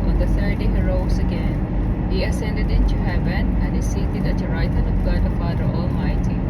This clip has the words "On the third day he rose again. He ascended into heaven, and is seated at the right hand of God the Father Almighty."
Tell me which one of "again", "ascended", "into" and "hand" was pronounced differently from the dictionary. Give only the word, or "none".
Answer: hand